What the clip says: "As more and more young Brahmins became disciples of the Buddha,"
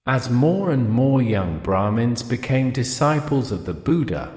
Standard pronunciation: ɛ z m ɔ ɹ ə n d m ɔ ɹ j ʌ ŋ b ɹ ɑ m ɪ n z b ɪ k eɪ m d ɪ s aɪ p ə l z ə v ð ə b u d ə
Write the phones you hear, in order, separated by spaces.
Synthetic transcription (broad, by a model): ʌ z m ɔ ɹ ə n m ɔ ɹ j ʌ ŋ b ɹ ɑ m ɪ n z b ɪ k eɪ m d ɪ s aɪ p ə l z ə v ð ə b u d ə